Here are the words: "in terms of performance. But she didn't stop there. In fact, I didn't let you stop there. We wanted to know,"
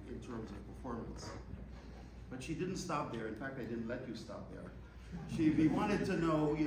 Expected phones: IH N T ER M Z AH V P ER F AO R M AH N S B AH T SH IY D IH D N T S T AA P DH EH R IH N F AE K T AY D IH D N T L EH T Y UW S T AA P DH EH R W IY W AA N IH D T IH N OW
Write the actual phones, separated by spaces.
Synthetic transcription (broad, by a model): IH N T ER M Z AH V P ER F AO R M AH N S B AH T SH IY D IH D N T S T AA P DH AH R IH N F AE K T AY D IH D N T L EH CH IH S T AA P DH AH R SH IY W AA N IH D T IH N OW